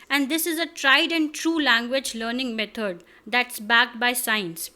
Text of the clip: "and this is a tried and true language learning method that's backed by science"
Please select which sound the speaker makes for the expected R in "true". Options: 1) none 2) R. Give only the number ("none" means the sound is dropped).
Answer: 2